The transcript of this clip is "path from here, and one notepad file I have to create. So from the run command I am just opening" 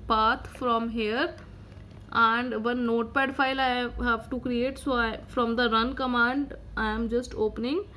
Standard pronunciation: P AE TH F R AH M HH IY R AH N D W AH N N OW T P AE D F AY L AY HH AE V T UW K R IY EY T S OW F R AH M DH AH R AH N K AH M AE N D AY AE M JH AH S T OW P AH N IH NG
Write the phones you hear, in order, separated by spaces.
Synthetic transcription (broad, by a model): P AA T F R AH M HH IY R AH N D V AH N N OW T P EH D F AY L AY HH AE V T UW K R IY EY T S OW F R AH M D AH R AH N K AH M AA N D AY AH M JH AH S T OW P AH N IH NG